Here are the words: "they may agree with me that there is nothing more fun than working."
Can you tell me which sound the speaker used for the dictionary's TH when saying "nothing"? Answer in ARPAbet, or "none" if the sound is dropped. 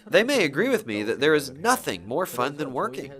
TH